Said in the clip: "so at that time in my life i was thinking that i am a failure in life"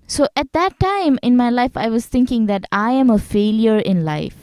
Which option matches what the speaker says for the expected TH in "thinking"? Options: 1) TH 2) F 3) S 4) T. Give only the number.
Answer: 4